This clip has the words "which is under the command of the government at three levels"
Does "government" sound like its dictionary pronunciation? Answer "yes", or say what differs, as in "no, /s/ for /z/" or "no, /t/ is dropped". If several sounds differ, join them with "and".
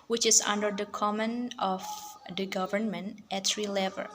yes